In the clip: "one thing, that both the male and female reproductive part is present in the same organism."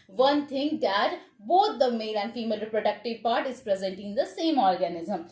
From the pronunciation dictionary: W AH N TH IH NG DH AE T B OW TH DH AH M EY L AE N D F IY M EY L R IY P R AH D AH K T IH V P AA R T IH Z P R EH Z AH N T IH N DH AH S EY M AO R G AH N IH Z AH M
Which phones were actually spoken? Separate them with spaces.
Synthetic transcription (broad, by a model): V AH N T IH NG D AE T B OW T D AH M EY L AE N D F IY M EY L R IY P R AH D AH K T IH V P AA R T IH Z P R EH Z AH N T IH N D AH S EY M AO R G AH N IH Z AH M